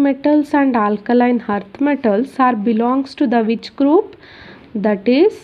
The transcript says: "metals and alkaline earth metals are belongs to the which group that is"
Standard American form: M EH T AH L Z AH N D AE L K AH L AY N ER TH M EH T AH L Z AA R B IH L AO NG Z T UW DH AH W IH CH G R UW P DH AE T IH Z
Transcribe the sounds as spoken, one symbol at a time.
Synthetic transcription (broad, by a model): M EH T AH L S AH N D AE L K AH L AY N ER T M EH T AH L S AA R B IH L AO NG S T UW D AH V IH CH G R UW P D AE T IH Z